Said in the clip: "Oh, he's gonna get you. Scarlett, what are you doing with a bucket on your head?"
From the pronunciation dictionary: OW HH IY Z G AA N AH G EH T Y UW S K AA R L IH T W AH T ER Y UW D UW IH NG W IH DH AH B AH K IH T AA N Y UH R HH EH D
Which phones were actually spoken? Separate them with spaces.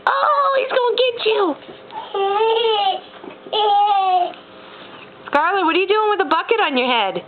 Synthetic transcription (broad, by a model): OW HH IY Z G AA AH G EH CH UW S K AA R L IH T W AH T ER Y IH D UW IH NG W IH DH AH B AH K IH T N Y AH R HH EH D